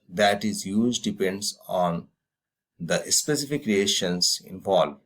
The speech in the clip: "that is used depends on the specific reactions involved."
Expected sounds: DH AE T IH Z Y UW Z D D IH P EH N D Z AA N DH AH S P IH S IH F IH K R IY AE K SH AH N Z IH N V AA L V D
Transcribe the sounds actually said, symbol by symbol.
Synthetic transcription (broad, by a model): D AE T IH Z Y UW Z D D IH P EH N D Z AA N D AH S P IH S IH F IH K R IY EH SH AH N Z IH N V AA L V